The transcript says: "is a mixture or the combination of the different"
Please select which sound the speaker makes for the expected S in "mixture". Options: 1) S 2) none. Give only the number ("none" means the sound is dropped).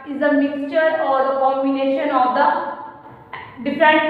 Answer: 1